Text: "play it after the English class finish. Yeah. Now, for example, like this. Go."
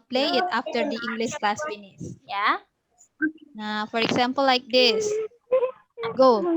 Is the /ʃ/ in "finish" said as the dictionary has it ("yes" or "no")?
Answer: no